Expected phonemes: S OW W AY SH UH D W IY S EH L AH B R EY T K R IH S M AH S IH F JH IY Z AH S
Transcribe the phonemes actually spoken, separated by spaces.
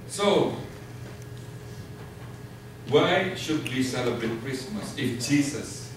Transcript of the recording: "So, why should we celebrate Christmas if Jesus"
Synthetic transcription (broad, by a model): S OW W AY SH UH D W IY S EH L AH B R EY T K R IH S M AH S IH F JH IY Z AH S